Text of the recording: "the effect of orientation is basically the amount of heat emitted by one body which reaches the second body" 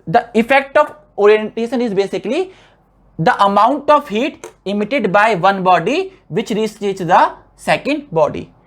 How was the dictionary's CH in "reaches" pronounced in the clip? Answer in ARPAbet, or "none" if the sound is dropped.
S